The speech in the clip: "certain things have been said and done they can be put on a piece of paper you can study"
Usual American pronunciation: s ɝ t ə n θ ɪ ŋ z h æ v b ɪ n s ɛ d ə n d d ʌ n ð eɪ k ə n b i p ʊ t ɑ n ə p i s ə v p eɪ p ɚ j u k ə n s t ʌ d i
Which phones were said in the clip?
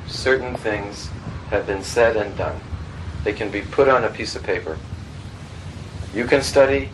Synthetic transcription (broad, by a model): s ɝ t n θ ɪ ŋ z h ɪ v b ɪ n s ɛ d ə n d d ʌ n ð eɪ k ə n b i p ʊ t n ə p i s ə v p eɪ p ɚ j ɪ k ə n s t ʌ d i